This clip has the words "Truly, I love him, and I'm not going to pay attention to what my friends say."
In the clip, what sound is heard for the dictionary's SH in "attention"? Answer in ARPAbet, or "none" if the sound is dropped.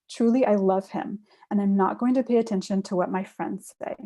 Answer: SH